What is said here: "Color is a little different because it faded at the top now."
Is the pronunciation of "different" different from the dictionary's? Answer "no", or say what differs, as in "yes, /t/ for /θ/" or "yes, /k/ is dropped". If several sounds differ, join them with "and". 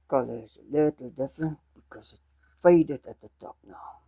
yes, /ɹ/ is dropped